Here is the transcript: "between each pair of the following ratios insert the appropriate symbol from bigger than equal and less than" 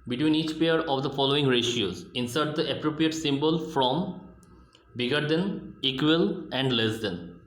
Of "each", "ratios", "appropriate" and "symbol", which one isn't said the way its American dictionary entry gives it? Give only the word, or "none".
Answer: none